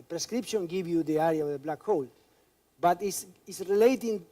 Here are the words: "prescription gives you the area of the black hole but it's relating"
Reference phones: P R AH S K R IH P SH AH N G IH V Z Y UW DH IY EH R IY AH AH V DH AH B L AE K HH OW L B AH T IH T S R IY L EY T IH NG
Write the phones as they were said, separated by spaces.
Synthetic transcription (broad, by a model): P R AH S K R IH P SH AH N G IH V Y UW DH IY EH R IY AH AH V DH AH B L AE K HH OW L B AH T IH S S R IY L EY T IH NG